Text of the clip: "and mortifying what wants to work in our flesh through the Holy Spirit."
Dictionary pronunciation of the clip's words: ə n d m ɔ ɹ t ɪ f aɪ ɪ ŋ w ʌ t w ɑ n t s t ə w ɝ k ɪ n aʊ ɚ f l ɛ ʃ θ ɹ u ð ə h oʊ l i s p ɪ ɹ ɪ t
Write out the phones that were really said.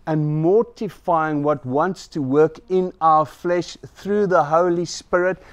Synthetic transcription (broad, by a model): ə n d m ɔ ɹ t ɪ f aɪ ɪ ŋ w ʌ t w ɑ n t s t ə w ɝ k ɪ n aʊ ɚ f l ɛ ʃ θ ɹ u ð ə h oʊ l i s p ɪ ɹ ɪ t